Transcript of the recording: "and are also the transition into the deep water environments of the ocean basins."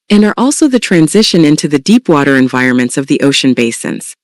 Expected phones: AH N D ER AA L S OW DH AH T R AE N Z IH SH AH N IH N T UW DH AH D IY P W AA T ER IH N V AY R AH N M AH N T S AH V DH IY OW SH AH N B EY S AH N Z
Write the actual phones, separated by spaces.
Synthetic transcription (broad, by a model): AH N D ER AA L S OW DH AH T R AE N Z IH SH AH N IH N T UW DH AH D IY P W AA T ER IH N V AY R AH N M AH N T S AH V DH IY OW SH AH N B EY S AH N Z